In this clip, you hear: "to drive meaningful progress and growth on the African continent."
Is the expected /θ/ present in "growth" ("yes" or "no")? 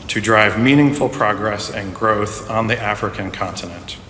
yes